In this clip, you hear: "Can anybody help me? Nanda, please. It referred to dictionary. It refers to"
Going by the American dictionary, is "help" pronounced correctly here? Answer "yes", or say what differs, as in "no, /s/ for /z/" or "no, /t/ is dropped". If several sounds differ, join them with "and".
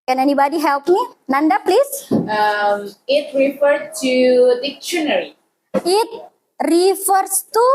yes